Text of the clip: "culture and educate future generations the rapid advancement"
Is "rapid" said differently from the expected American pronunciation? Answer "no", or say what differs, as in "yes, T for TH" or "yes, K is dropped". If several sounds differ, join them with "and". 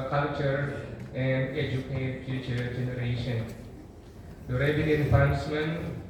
yes, B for P